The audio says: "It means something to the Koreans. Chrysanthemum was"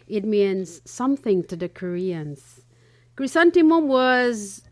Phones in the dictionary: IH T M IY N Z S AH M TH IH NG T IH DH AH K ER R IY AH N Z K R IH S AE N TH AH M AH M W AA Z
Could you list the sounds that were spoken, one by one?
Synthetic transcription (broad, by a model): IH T M IY N Z S AH M TH IH NG T IH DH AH K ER R IY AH N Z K R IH S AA N T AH M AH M W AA Z